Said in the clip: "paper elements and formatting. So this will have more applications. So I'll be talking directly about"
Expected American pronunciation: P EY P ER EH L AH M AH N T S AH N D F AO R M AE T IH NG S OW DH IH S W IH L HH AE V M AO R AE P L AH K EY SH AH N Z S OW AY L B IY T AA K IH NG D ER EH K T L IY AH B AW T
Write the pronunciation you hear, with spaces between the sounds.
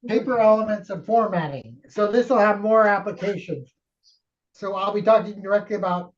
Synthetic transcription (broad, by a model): P EY P ER EH L AH M AH N T S AH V F AO R M AE T IH NG S OW DH IH S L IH V M AO R AE P L AH K EY SH AH N Z S OW AY L B IY T AA K IH NG D ER EH K T L IY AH B AW T